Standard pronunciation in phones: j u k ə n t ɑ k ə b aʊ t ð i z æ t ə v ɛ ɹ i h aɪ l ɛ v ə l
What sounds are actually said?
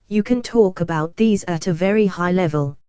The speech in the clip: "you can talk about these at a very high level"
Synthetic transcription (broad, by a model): j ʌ k ə n t ɑ k ə b aʊ t ð i z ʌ t ə v ɛ ɹ i h aɪ l ɛ v ə l